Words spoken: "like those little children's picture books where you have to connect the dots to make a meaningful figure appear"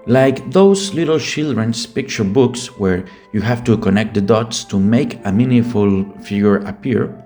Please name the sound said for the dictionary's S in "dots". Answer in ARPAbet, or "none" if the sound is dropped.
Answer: S